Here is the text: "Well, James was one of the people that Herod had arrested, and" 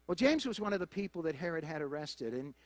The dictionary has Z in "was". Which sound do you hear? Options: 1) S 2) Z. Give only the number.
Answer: 2